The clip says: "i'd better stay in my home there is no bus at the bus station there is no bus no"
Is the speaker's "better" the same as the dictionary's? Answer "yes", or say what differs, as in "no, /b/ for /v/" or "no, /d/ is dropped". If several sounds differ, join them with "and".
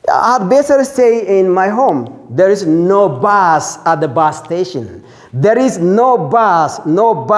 no, /s/ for /t/